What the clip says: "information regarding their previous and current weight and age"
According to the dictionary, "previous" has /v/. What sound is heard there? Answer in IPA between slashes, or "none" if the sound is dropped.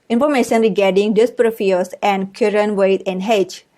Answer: /f/